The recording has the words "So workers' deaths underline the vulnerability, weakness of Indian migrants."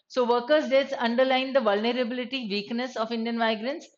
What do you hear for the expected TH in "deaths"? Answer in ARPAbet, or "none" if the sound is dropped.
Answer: T